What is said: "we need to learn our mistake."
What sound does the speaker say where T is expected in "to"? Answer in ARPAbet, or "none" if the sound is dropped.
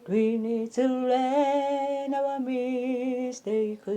S